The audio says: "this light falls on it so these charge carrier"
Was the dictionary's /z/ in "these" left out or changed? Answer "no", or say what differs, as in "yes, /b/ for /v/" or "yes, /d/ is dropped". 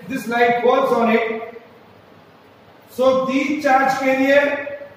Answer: yes, /z/ is dropped